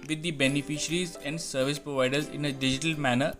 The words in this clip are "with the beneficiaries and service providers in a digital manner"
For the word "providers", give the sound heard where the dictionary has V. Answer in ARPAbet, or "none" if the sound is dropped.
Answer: V